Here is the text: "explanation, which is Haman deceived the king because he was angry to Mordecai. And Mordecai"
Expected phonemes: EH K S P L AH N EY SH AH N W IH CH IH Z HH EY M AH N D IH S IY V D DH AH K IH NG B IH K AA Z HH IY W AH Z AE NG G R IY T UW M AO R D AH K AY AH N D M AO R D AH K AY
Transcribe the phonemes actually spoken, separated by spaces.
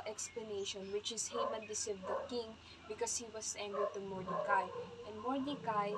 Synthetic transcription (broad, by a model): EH K S P L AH N EY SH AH N W IH CH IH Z HH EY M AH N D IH S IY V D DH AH K IH NG B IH K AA S HH IY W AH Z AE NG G IY T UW M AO R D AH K AY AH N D M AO R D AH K AY